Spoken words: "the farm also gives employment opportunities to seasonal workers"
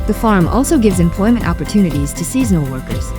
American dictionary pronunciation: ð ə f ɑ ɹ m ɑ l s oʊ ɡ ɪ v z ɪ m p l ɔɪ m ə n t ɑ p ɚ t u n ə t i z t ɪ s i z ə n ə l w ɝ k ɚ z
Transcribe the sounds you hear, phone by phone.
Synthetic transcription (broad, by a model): ð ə f ɑ ɹ m ɑ l s oʊ ɡ ɪ v z ɪ m p l ɔɪ m ə n t ɑ p ɚ t u n ə t i z t ɪ s i z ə n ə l w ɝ k ɚ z